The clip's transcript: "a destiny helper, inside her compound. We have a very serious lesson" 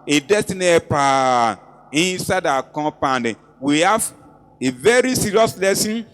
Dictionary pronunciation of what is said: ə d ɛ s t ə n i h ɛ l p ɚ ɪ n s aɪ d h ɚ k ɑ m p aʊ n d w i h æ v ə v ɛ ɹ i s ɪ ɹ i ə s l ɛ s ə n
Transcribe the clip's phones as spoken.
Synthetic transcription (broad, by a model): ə d ɛ s t ə n i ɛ p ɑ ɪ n s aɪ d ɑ k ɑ p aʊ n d w i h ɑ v ə v ɛ ɹ i s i ɹ i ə s l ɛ s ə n